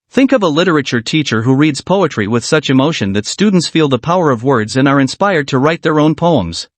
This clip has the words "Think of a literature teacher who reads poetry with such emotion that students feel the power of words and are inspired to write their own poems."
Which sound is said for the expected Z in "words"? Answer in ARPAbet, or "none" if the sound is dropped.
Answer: Z